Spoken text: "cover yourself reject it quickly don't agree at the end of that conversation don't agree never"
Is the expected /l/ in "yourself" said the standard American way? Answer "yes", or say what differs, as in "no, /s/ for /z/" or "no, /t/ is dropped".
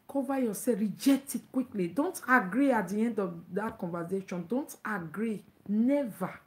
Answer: no, /l/ is dropped